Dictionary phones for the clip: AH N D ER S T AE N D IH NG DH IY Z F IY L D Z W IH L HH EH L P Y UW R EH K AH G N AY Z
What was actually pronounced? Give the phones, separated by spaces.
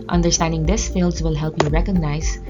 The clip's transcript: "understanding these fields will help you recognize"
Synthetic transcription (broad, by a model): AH N D ER S T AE N D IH NG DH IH S F IY L D Z W IH L HH EH L P Y UW R EH K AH G N AY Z